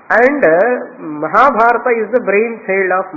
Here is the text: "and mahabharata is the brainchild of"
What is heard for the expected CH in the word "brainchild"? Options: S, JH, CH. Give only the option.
S